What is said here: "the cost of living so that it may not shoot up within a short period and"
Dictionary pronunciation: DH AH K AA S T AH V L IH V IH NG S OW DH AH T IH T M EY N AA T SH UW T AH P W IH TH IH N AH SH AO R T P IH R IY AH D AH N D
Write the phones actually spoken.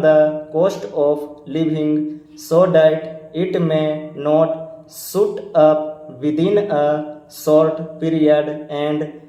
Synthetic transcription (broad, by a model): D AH K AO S T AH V L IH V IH NG S OW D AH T IH T M EY N AA T S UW T AH P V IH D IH N AH S AO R T P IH R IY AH D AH N D